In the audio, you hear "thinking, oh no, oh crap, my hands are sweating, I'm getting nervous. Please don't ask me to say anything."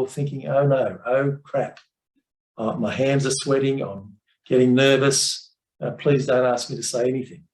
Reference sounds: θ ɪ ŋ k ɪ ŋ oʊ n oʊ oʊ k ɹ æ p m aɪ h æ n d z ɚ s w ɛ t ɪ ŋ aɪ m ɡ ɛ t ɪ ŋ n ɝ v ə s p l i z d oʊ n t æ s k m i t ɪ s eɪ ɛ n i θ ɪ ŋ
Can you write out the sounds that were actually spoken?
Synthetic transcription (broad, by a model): θ ɪ ŋ k ɪ ŋ oʊ n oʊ oʊ k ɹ æ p m aɪ h æ n d z ɚ s w ɛ t ɪ ŋ aɪ m ɡ ɛ t ɪ ŋ n ɝ v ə s p l i z d oʊ n t æ s k m i t ɪ s eɪ ɛ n i θ ɪ ŋ